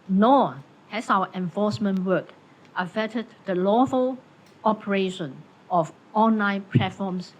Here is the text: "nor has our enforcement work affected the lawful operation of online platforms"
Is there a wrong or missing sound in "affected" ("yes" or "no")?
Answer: yes